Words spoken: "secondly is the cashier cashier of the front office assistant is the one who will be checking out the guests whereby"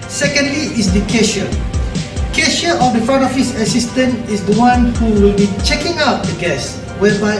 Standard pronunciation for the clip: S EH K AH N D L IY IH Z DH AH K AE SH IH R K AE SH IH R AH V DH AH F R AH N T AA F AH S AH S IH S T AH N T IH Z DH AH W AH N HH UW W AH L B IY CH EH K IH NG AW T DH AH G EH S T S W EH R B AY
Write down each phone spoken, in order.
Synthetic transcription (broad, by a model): S EH K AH N D L IY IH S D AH K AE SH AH K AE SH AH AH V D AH F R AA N AA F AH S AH S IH S T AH N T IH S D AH W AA N HH UW W AH L B IY CH EH K IH NG AW T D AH G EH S S W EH B AY